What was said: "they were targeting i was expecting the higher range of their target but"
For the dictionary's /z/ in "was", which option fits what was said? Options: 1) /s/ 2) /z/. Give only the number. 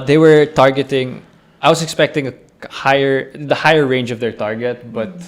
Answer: 1